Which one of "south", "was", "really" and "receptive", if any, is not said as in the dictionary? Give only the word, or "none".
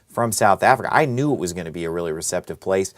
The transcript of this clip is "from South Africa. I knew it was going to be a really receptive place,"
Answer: none